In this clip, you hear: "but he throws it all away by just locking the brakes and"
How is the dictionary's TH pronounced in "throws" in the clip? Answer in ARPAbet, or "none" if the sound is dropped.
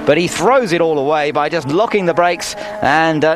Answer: TH